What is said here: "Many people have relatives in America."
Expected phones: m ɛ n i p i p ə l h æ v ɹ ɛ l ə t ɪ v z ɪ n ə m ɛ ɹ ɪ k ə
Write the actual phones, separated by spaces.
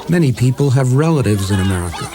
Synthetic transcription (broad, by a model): m ɛ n i p i p ə l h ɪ v ɹ ɛ l ə t ɪ v z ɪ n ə m ɛ ɹ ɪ k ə